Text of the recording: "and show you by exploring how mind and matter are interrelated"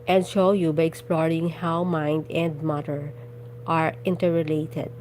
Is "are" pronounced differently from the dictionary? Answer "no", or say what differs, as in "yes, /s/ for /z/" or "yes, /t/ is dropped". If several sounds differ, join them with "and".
no